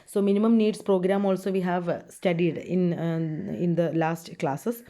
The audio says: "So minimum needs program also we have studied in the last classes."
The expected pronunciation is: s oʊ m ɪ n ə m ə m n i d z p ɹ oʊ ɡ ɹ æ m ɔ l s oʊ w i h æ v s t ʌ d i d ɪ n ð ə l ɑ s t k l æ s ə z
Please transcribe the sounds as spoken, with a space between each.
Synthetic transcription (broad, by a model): s oʊ m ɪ n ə m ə m n i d s p ɹ oʊ ɡ ɹ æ m ɔ l s oʊ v i h æ v s t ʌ d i d ɪ n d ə l ɑ s t k l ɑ s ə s